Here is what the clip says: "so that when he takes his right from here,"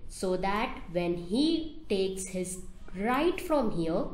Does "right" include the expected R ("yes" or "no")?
yes